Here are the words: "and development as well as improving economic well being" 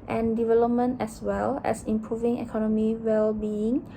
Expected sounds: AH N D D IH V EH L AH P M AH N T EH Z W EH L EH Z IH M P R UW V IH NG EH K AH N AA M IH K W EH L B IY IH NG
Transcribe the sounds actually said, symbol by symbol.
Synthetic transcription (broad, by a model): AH N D D IH V EH L AH P M AH N T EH S W EH L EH S IH M P R UW V IH NG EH K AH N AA M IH W EH L B IY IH NG